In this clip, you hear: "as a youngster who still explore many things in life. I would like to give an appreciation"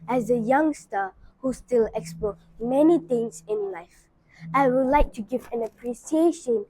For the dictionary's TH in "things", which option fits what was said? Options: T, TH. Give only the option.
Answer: T